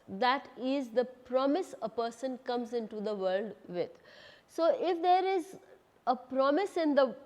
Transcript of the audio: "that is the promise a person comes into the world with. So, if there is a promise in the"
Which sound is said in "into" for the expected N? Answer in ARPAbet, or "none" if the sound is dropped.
N